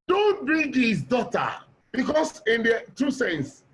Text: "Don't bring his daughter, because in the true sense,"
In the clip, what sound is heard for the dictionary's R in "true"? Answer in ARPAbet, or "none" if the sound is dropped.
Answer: none